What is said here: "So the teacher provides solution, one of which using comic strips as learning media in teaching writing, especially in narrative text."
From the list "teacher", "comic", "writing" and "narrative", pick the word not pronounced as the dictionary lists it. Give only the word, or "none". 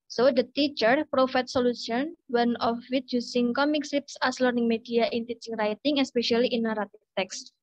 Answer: narrative